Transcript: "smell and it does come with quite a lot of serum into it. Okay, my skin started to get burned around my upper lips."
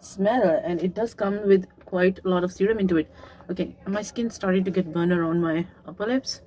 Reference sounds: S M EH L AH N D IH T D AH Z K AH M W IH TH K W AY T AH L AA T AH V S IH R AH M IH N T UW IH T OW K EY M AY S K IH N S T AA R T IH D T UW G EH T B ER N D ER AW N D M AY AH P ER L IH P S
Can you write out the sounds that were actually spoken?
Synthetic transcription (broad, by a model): S M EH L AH N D IH T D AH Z K AH M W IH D K W AY T AH L AA T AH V S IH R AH M IH N T UW IH T OW K EY M AY S K IH N S T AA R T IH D T UW G EH T B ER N ER AW N D M AY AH P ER L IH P S